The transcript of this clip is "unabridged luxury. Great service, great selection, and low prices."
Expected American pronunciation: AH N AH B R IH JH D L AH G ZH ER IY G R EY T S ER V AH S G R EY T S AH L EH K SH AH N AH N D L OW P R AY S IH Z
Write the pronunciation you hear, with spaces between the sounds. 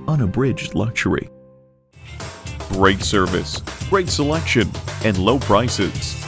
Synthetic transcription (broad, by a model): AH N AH B R IH JH D L AH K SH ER IY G R EY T S ER V AH S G R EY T S AH L EH K SH AH N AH N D L OW P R AY S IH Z